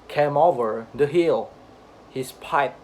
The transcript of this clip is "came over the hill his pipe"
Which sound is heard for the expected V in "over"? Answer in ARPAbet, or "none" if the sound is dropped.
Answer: V